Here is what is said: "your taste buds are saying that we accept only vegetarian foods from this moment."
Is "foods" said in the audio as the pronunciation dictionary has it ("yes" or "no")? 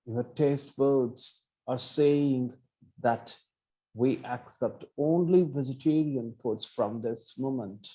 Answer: no